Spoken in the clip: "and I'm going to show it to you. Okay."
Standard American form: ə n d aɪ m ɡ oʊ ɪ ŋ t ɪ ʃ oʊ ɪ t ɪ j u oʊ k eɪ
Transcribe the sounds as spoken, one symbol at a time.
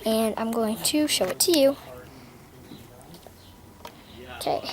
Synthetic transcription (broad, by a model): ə n aɪ m ɡ oʊ ɪ ŋ t ɪ ʃ oʊ ɪ t ɪ j u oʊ k eɪ